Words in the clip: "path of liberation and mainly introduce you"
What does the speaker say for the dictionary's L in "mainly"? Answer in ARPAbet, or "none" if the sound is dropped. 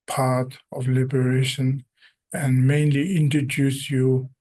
L